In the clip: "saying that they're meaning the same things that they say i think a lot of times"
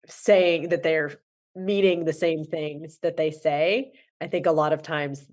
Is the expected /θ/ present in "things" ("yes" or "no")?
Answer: yes